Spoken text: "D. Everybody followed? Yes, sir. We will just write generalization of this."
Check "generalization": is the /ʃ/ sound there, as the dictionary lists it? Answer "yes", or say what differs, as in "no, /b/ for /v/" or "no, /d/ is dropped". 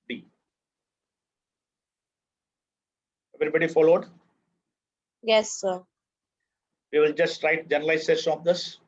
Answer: no, /s/ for /ʃ/